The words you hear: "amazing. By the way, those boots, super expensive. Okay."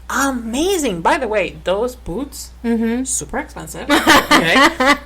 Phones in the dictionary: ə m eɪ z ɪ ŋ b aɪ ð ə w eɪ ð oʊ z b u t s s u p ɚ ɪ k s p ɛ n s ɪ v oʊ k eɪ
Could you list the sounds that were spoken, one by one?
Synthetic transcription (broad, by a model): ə m eɪ z ɪ ŋ b aɪ ð ə w eɪ ð oʊ z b u t s s u p ɚ ɪ k s p ɛ n s ɪ v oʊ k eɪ